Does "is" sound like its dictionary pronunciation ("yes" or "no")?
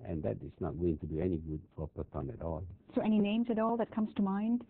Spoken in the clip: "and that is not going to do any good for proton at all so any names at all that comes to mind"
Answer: no